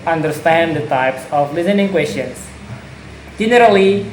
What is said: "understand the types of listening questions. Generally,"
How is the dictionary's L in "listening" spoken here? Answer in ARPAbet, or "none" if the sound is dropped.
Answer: L